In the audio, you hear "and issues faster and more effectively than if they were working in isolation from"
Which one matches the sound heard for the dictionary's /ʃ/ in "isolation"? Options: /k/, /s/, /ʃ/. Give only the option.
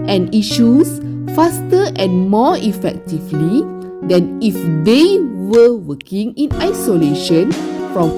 /ʃ/